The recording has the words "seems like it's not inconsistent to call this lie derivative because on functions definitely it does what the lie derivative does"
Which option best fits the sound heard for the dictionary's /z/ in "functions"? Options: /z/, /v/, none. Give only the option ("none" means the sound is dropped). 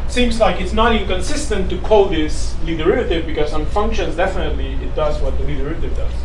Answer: /z/